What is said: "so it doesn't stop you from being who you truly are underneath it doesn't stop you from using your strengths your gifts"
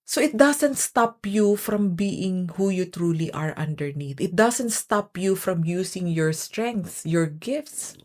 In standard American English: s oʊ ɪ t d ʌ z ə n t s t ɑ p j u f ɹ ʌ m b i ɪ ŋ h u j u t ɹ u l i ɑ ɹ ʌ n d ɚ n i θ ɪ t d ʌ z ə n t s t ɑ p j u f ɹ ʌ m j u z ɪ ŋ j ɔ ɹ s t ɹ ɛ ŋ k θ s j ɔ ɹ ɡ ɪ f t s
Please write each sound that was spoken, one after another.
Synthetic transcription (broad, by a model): s oʊ ɪ t d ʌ s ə n t s t ɑ p j u f ɹ ʌ m b i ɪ ŋ h u j u t ɹ u l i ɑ ɹ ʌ n d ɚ n i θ ɪ t d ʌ s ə n t s t ɑ p j u f ɹ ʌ m j u s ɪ ŋ j ɔ ɹ s t ɹ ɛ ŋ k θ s j ɔ ɹ ɡ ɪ f t s